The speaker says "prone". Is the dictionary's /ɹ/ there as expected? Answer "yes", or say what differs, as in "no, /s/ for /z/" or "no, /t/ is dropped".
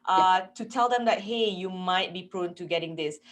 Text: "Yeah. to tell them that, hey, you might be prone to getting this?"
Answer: yes